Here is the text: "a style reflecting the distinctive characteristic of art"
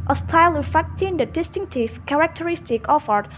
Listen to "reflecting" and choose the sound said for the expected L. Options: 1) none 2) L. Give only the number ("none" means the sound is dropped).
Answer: 1